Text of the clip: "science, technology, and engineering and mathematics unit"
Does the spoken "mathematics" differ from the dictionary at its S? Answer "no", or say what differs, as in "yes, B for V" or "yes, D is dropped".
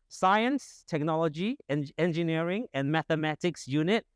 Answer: no